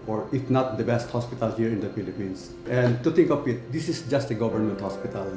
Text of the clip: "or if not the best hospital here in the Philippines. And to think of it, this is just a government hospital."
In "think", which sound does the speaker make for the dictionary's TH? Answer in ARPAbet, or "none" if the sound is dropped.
T